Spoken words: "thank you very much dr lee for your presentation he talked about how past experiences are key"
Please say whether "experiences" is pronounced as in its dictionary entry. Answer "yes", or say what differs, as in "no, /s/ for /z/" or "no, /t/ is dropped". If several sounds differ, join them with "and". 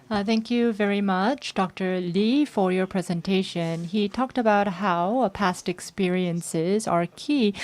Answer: yes